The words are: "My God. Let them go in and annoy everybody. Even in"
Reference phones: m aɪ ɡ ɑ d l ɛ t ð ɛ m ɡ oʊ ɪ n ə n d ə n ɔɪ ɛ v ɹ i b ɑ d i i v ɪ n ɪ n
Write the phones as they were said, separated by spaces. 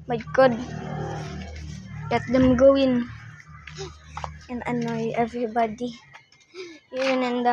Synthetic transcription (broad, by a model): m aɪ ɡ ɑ d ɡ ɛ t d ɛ m ɡ oʊ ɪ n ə n ə n ɔɪ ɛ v ɹ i b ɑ d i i w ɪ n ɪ n